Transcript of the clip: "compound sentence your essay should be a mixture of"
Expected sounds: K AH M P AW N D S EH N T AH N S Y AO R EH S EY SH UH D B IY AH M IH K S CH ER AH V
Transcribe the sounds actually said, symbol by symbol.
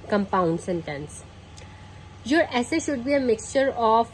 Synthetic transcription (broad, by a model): K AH M P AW N D S EH N T AH N S Y AO R EH S EY SH UH D B IY AH M IH K S CH ER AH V